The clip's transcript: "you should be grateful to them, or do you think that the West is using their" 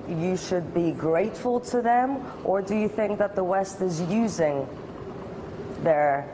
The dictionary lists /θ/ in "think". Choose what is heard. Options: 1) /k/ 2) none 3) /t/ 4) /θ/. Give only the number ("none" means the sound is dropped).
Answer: 4